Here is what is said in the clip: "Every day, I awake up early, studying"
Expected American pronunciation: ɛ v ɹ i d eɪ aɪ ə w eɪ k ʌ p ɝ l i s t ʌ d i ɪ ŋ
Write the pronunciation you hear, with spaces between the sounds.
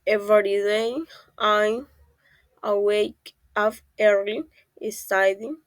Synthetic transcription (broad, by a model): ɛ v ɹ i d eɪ aɪ ə w eɪ k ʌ f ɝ l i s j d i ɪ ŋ